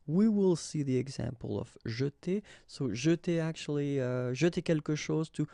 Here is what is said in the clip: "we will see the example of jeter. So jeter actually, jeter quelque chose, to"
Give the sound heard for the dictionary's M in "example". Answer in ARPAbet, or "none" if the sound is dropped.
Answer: M